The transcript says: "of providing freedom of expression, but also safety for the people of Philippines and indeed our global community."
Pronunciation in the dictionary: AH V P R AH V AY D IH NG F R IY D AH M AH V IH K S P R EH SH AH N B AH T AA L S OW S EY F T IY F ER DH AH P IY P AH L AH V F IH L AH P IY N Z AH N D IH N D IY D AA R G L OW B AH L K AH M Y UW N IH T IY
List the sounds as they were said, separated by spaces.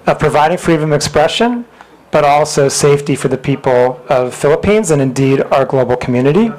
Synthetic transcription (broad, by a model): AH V P R AH V AY D IH NG F R IY D AH M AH IH K S P R EH SH AH N B AH T AA L S OW S EY F T IY F ER DH AH P IY P L AH V F IH L AH P IY N Z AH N IH N D IY D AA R G L OW B L K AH M Y UW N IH T IY